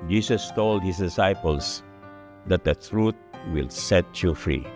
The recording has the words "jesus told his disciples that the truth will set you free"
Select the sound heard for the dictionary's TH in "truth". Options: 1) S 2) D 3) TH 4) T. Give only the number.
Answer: 4